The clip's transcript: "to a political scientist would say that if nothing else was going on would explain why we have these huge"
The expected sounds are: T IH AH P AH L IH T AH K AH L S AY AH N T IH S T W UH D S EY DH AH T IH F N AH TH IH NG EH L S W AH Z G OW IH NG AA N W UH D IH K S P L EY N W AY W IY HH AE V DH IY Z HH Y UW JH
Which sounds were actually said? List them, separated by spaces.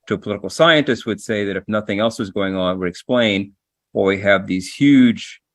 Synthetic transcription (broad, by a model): T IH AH P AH L IH T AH K L S AY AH N T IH S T W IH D S EY DH AH T IH F N AH TH IH NG EH L S W AH Z G OW IH NG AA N W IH D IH K S P L EY N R W IY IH V DH IY Z HH Y UW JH